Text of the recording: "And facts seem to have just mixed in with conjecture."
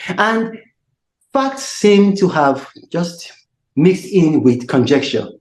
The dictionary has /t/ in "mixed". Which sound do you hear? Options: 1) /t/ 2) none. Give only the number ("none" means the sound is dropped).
1